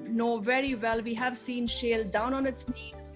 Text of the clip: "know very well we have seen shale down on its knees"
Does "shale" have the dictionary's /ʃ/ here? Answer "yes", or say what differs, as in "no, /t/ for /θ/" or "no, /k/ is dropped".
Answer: yes